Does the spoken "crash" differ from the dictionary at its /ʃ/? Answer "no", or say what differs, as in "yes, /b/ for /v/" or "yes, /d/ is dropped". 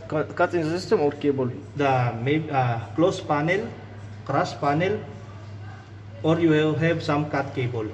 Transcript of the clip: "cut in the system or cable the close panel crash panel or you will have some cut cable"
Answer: yes, /s/ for /ʃ/